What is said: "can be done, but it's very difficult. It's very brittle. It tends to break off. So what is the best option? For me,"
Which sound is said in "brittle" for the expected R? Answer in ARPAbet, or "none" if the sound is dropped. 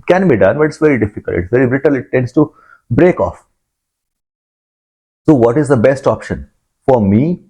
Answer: R